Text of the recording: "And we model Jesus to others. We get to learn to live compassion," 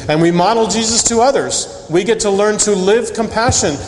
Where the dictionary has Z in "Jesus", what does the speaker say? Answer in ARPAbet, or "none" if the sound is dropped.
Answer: Z